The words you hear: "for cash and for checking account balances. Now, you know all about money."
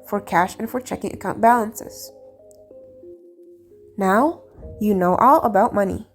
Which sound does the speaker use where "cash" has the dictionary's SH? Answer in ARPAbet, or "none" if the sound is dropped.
SH